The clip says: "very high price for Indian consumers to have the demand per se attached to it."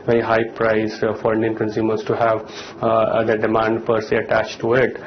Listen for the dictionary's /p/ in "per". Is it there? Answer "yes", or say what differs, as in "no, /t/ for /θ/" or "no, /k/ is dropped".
yes